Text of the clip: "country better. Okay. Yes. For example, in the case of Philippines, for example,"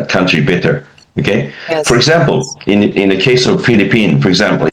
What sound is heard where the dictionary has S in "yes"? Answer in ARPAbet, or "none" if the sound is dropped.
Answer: none